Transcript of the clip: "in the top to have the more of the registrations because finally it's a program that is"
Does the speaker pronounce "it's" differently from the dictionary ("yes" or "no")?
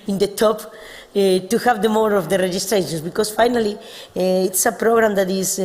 no